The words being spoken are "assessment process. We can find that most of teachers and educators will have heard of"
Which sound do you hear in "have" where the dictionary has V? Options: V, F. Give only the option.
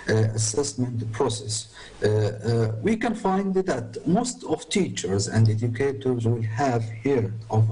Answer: V